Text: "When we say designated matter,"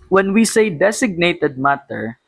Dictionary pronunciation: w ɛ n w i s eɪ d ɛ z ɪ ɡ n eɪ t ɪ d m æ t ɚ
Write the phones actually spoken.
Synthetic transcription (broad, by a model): w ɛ n w i s eɪ d ɛ s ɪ ɡ n eɪ t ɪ d m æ t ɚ